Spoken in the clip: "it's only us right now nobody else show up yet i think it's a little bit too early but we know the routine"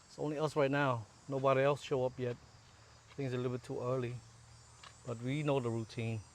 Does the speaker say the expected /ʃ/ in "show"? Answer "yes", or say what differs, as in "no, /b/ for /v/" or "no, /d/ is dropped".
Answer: yes